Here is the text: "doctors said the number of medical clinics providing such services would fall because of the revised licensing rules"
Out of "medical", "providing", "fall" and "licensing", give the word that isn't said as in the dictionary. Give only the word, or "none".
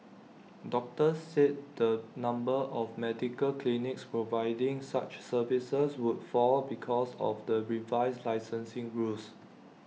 none